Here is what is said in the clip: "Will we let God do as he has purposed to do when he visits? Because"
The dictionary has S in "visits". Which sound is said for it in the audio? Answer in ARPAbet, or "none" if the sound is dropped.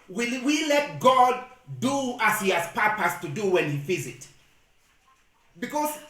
none